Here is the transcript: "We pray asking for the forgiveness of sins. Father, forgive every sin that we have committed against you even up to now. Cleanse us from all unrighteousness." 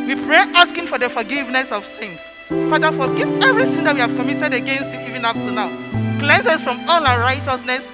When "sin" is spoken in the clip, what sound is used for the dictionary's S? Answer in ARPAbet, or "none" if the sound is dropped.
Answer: TH